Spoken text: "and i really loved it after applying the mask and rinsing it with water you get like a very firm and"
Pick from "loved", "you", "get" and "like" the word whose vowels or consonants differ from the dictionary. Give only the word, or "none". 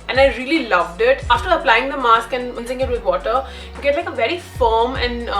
none